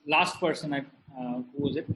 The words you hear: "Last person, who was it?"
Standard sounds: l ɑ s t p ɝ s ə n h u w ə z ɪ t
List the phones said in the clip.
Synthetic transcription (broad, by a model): l ɑ s t p ɝ s ə n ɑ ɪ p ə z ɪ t